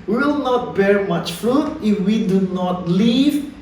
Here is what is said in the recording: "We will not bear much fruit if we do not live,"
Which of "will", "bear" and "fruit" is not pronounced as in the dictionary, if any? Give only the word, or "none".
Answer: none